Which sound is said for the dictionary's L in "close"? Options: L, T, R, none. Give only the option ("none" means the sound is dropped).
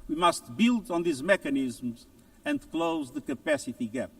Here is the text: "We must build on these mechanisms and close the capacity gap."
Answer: L